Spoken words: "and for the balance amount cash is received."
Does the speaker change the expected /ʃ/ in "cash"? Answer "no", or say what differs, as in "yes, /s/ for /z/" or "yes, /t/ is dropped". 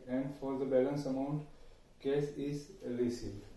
yes, /s/ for /ʃ/